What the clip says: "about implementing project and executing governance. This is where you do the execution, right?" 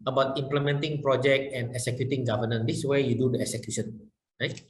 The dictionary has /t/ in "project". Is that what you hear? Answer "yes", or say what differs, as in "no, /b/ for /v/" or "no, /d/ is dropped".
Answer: yes